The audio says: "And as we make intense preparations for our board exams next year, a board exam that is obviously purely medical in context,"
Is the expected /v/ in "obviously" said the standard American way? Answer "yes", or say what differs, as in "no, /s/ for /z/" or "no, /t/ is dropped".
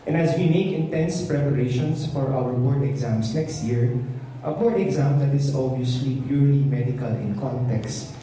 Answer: no, /v/ is dropped